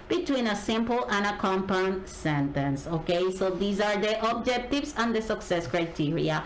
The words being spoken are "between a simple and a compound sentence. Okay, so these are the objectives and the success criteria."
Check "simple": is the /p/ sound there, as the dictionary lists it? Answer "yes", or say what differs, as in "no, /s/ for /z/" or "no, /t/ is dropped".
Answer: yes